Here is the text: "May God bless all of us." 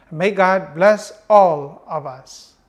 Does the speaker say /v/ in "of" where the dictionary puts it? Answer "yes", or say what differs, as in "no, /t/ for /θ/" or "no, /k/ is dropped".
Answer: yes